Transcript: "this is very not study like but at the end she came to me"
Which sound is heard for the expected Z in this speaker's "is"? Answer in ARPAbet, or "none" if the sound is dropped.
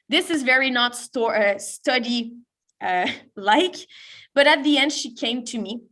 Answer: Z